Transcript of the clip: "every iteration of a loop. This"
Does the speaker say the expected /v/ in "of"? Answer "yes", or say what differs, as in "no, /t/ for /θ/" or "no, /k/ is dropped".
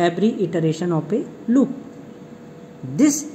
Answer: no, /p/ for /v/